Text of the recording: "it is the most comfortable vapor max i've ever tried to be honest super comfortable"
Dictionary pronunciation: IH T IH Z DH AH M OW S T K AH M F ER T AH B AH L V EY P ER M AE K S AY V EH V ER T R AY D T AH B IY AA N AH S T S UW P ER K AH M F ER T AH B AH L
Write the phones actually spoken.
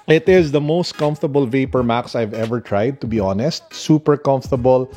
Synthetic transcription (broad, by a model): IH T IH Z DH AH M OW S T K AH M F T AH B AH L V EY P ER M AE K S AY V EH V ER T R AY D T AH B IY AA N AH S T S UW P ER K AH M F T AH B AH L